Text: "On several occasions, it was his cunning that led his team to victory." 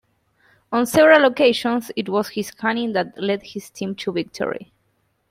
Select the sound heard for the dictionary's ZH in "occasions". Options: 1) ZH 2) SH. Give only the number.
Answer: 2